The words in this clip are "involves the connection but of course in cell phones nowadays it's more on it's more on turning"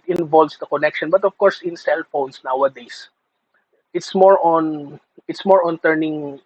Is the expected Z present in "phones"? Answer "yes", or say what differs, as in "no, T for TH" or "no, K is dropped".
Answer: no, S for Z